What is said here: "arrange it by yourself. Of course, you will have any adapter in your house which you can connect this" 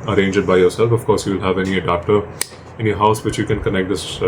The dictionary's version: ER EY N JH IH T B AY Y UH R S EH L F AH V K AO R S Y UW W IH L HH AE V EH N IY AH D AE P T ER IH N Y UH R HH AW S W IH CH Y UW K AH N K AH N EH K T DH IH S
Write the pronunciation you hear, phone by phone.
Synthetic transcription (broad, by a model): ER EY N JH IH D B AY Y UH R S EH L F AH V K AO R S Y UW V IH L HH AE V EH N IY AH D AE P T ER IH N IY HH AW S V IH CH Y UW K AH N K AH N EH K T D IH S